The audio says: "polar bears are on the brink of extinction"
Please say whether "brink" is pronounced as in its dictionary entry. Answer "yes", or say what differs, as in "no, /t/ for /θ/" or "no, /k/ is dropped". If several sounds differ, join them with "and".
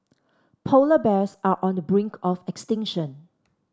yes